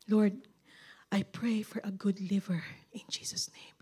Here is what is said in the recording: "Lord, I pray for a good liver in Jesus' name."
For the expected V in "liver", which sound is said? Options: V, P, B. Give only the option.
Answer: V